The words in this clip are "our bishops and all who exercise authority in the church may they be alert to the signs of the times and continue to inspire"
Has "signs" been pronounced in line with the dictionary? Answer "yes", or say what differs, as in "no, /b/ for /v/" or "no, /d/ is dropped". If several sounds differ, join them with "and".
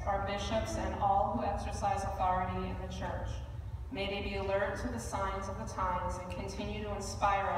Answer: yes